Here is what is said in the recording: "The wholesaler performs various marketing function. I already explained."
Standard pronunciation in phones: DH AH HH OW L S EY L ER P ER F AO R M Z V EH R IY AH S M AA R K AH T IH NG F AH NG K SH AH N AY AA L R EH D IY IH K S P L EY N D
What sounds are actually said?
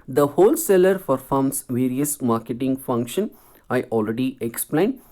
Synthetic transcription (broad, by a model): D AH HH OW L S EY L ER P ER F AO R M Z V EH R IY AH S M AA R K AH T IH NG F AH NG K SH AH N AY AA L R EH D IY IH K S P L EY N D